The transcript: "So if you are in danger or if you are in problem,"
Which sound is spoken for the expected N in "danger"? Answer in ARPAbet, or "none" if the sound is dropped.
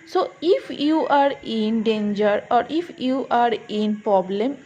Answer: N